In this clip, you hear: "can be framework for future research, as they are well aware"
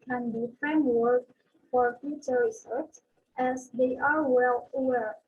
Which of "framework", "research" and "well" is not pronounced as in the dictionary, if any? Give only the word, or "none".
research